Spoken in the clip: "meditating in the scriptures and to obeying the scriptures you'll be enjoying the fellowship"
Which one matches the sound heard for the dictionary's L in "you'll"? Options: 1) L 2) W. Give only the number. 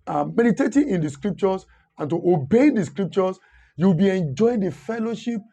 2